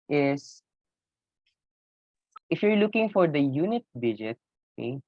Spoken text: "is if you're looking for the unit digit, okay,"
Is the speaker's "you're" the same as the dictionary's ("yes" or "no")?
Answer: yes